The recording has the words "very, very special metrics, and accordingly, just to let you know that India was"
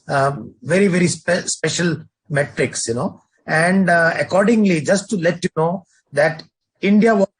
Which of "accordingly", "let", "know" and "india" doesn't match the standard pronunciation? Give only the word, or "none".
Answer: none